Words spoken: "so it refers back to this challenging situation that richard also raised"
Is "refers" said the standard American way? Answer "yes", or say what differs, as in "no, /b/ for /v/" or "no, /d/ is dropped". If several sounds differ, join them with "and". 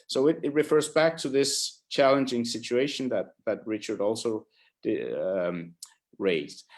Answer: yes